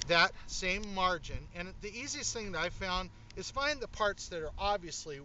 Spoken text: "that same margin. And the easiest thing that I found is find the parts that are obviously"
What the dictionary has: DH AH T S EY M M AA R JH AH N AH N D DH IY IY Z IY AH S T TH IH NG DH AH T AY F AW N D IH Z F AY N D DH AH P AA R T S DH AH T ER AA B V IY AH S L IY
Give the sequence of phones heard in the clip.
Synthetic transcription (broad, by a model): DH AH T S EY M M AA R JH AH N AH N DH IY IY Z IY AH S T TH IH NG DH AH T AY F AW N D IH Z F AY N DH AH P AA R T S DH AH T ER AA B V IY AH S L IY